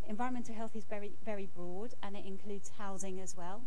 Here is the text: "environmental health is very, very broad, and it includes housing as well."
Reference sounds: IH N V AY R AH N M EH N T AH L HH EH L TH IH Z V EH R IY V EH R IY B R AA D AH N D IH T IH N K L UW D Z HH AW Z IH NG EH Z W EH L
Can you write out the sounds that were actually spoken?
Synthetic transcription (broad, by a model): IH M V AY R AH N M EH N T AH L HH EH L TH IH Z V EH R IY V EH R IY B R AA D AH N IH T IH N K L UW D Z HH AW Z IH NG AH Z W EH L